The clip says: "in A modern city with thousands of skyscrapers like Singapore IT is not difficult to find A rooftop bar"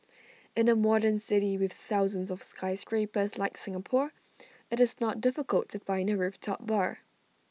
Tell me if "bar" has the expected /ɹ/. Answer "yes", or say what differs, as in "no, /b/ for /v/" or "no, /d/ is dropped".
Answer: yes